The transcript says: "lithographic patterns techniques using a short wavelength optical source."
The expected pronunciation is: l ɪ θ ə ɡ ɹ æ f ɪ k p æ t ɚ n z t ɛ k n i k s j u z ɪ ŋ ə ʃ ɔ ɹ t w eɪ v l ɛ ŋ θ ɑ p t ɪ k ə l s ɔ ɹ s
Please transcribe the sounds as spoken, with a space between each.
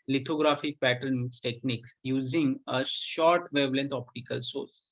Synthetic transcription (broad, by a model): l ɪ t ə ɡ ɹ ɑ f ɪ k p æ t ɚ n s t ɛ k n i k s j u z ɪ ŋ ə ʃ ɔ ɹ t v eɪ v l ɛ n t ɑ p t ɪ k ə l s ɔ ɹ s